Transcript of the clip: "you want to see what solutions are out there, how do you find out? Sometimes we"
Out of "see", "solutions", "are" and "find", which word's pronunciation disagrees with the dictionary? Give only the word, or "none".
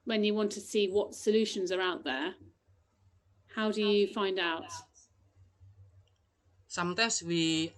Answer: none